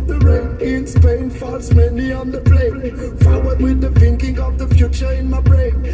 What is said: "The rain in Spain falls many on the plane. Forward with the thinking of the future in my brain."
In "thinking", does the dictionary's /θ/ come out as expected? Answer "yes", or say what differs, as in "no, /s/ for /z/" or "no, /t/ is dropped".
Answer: no, /f/ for /θ/